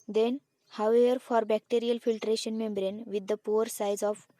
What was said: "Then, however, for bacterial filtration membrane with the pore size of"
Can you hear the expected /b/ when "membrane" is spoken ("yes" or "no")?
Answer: yes